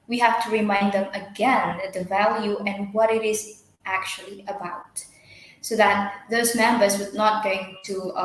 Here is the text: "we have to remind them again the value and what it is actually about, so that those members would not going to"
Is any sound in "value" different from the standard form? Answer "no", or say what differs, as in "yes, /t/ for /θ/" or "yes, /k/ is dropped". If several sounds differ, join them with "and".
no